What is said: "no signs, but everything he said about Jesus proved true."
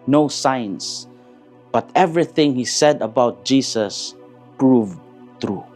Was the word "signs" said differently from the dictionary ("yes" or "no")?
yes